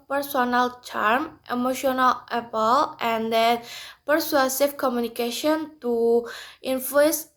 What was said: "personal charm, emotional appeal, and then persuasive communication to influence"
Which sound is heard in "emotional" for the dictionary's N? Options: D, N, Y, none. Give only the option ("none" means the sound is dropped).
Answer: N